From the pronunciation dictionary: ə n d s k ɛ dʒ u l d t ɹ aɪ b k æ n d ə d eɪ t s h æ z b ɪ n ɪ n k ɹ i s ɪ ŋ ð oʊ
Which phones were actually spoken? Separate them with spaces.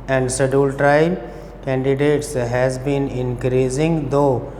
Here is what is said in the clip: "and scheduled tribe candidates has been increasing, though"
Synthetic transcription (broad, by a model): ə n d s ɛ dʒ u l t ɹ aɪ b k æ n d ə d eɪ t s h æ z b ɪ n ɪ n k ɹ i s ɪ ŋ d oʊ